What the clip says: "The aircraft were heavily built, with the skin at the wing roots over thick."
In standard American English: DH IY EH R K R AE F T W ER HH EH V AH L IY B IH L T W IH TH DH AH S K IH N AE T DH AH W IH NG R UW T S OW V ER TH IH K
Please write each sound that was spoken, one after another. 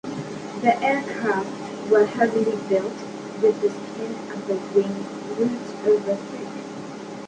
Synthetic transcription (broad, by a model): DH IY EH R K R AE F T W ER HH EH V AH L IY B IH L T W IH DH AH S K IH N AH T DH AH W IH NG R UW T OW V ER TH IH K